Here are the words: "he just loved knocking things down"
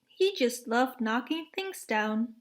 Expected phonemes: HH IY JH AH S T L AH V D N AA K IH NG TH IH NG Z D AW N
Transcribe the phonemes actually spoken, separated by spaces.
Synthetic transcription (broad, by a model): HH IY JH AH S T L AH V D N AA K IH NG TH IH NG Z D AW N